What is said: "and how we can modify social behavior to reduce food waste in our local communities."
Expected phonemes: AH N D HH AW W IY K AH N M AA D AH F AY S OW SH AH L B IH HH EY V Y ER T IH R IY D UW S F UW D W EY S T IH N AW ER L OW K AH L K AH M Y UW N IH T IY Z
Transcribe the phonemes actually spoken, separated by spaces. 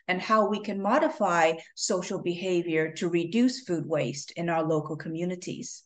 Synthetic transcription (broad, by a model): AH N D HH AW W IY K AH N M AA D AH F AY S OW SH L B IH HH EY V Y ER T IH R IY D UW S F UW D W EY S T IH N AW ER L OW K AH L K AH M Y UW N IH T IY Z